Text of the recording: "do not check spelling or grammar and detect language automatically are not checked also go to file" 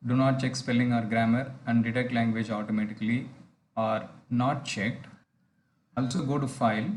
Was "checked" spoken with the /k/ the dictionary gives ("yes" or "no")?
yes